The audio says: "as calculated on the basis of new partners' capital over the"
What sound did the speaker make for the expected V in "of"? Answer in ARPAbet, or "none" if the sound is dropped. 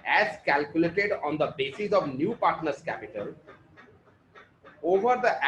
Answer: V